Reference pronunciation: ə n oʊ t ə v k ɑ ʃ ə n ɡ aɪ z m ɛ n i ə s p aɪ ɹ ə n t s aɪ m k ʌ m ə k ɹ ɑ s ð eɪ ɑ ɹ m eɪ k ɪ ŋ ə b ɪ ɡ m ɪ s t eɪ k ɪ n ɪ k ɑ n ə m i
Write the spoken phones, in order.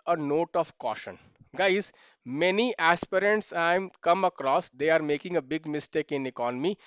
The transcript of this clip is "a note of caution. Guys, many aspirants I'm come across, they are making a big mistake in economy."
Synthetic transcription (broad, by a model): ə n oʊ t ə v k ɑ ʃ ə n ɡ aɪ z m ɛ n i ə s p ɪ ɹ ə n t s aɪ m k ʌ m ə k ɹ ɑ s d eɪ ɑ ɹ m eɪ k ɪ ŋ ə b ɪ ɡ m ɪ s t eɪ k ɪ n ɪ k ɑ n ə m i